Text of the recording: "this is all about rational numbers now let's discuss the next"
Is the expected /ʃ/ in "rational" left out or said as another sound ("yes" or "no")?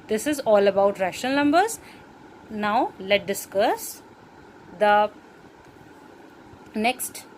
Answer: no